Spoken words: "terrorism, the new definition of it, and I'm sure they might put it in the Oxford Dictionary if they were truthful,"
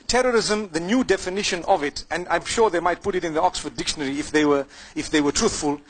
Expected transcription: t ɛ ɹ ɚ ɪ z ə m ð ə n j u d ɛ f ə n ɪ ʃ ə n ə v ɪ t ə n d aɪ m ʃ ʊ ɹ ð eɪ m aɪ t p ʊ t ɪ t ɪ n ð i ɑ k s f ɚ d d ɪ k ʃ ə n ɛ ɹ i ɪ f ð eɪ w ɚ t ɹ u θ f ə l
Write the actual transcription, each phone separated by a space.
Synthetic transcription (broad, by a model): t ɛ ɹ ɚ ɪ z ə m ð ə n j u d ɛ f ə n ɪ ʃ ə n ə v ɪ t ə n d aɪ m ʃ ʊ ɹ ð eɪ m aɪ t p ʊ t ɪ t ɪ n ð i ɑ k s f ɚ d d ɪ k ʃ ə n ɛ ɹ i ɪ f ð eɪ w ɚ t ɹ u θ f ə l